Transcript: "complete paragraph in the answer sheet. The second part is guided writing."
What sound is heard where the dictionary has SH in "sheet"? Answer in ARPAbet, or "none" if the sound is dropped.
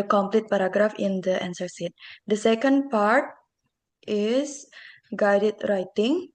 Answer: S